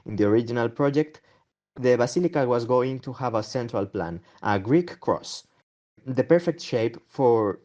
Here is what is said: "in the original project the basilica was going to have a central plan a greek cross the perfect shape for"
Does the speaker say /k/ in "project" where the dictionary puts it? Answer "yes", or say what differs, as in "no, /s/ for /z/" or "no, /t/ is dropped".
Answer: yes